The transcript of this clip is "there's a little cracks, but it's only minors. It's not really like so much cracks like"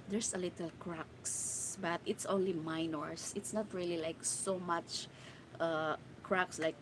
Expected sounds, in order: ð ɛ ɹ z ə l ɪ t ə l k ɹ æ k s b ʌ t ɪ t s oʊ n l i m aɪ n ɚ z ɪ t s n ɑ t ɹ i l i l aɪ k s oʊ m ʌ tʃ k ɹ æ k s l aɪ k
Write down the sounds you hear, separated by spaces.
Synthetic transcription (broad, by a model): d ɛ ɹ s ə l ɪ t ə l k ɹ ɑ k s b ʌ t ɪ t s oʊ n l i m aɪ n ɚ s ɪ t s n ɑ t ɹ i l i l aɪ k s oʊ m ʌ tʃ k ɹ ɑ k s l aɪ k